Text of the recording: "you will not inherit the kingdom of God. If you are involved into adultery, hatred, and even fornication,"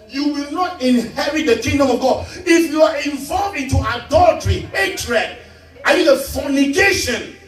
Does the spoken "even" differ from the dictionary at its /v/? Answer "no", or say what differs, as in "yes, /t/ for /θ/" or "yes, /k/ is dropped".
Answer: yes, /v/ is dropped